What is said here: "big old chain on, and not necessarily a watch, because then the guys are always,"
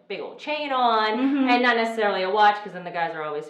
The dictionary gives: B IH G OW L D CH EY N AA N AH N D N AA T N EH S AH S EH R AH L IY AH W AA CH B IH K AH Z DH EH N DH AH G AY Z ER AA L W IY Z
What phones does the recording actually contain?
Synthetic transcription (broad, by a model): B IH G OW L D CH EY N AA N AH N N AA T N EH S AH S EH R L IY AH W AA CH K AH Z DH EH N DH AH G AY Z ER AA L W IY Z